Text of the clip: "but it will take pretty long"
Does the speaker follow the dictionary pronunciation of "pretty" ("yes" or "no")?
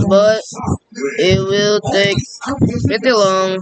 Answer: no